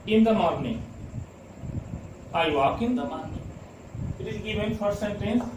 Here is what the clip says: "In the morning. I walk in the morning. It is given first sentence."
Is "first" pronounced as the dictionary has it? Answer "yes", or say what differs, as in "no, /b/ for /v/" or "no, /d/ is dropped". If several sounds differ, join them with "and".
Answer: no, /s/ is dropped